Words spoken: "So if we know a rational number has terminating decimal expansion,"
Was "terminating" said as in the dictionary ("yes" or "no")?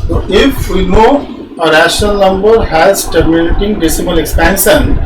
no